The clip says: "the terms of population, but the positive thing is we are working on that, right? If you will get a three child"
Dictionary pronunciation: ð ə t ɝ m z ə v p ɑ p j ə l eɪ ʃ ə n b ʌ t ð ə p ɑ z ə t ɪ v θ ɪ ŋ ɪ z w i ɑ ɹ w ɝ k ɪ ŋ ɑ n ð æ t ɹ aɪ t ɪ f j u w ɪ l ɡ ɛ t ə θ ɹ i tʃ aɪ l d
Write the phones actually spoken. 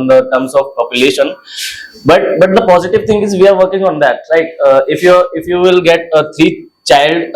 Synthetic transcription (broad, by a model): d ə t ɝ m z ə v p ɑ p j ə l eɪ ʃ ə n b ʌ t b ə p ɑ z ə t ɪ v t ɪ ŋ ɪ z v i ɑ ɹ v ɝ k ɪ ŋ ɑ n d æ t l aɪ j ɪ f j u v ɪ l ɡ ɛ t ə t ɹ i tʃ aɪ l d